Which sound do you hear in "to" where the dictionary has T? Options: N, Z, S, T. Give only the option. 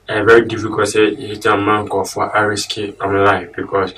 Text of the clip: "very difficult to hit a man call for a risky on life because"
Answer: S